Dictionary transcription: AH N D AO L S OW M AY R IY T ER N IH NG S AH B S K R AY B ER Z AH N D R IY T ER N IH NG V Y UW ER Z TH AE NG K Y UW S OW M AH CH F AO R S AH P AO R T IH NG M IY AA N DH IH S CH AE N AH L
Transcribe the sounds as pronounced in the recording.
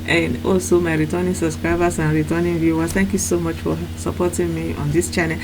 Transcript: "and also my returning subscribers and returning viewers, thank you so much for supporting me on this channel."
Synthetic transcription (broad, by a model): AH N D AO S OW M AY R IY T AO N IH S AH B S K R AY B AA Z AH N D R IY T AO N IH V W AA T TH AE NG K Y UW S OW M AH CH F AO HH S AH P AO T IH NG M IY AA N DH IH S CH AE N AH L